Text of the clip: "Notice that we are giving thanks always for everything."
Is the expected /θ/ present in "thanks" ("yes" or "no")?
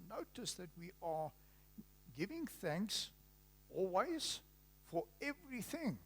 yes